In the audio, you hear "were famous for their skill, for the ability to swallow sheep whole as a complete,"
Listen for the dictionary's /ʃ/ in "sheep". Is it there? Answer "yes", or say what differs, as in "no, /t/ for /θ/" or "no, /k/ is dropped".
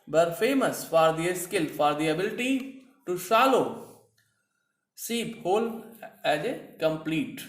no, /s/ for /ʃ/